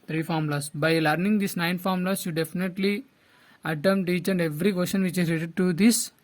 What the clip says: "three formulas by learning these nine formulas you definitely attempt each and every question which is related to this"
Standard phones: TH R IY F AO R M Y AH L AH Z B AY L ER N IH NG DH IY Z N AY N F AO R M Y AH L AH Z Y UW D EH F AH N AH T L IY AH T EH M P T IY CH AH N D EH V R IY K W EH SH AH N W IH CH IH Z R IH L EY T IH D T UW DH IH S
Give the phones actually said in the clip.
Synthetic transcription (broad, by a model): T R IY F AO R M L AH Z B AY L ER N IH NG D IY S N AY N F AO R M L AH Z Y UW D EH F AH N AH T L IY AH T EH M T IY CH AH N D EH V R IY K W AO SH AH N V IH CH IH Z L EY T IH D T UW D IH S